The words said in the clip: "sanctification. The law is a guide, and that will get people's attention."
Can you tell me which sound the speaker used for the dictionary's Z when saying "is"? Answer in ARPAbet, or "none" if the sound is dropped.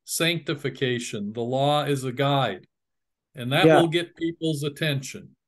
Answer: Z